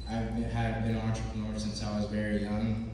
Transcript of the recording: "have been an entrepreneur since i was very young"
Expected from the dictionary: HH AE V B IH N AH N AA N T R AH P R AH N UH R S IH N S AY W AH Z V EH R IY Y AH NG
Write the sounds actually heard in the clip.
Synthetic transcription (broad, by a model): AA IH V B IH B AH N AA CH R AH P AH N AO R S IH N S AY W AH Z V EH R IY Y AH NG